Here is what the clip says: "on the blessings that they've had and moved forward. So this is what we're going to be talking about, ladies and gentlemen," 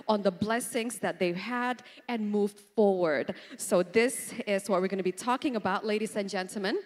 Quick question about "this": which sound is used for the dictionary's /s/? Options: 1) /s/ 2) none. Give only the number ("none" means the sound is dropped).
1